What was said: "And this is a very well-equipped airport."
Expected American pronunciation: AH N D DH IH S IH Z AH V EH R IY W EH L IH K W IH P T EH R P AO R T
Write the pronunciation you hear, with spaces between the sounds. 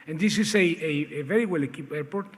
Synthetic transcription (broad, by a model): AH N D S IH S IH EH AH V EH R IY W EH L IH K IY P EH R P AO R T